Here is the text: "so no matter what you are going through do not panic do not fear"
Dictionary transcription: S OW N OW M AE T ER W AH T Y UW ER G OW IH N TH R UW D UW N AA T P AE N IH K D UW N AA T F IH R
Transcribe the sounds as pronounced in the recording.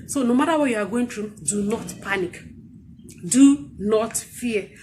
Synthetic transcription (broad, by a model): S OW N OW M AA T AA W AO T Y UW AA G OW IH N T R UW D UW N AA T P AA N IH K D UW N AA T F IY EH